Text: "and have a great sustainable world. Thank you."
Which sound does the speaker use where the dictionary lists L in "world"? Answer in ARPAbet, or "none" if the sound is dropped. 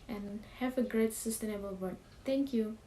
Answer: none